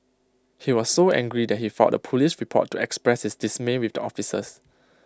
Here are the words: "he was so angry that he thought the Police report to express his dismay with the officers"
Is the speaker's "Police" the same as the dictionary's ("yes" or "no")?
no